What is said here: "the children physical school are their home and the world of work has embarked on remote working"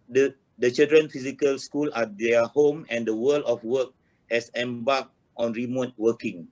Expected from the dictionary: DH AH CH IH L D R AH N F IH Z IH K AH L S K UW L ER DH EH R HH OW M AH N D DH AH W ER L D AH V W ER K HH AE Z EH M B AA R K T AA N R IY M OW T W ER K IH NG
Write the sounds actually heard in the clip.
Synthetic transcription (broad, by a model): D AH CH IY L D R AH N F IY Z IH K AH L S K UW L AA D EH HH OW M AH N D AH W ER L AH F W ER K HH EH S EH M B AA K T AA N R IY M OW T W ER K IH NG